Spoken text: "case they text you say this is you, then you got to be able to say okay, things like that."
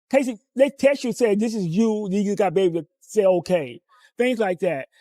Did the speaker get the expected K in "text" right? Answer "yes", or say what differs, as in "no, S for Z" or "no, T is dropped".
no, K is dropped